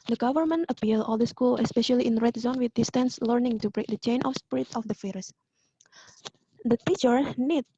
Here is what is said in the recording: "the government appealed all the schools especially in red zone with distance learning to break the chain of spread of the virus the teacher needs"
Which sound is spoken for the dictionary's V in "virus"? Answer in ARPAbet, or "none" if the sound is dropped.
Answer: F